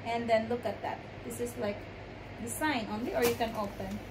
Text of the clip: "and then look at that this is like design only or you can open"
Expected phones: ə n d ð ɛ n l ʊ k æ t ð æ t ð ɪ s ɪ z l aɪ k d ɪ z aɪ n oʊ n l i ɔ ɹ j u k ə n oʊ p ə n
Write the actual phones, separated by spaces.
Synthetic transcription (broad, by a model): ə n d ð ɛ n l ʊ k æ t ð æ t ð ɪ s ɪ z l aɪ k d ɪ s aɪ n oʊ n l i ɔ ɹ j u k ə n oʊ p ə n